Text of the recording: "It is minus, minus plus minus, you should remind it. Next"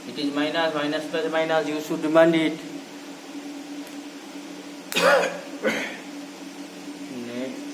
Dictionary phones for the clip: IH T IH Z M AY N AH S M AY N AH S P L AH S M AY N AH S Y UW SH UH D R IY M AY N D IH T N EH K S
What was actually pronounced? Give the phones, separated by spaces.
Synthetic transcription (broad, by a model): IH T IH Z M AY N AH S M AY N AH S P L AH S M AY N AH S Y UW S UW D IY M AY N D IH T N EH